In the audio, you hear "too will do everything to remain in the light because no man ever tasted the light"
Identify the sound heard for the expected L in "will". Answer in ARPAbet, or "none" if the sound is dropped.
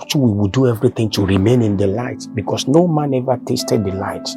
W